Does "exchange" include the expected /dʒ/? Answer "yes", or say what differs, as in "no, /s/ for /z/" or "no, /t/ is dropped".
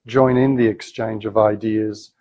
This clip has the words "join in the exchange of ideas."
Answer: yes